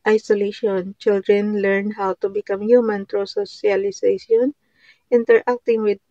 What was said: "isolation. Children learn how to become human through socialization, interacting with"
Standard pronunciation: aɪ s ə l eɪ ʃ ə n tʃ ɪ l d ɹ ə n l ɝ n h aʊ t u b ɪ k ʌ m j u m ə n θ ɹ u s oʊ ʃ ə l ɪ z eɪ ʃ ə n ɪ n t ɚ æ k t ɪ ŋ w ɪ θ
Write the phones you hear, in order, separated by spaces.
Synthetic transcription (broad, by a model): aɪ s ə l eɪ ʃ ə n tʃ ɪ l d ɹ ə n l ɝ n h aʊ t u b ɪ k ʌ m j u m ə n t ɹ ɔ s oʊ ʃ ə l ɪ s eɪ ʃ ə n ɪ n t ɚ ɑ k t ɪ ŋ w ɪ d